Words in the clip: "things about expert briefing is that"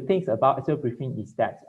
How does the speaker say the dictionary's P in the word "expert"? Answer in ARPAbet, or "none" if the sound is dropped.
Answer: none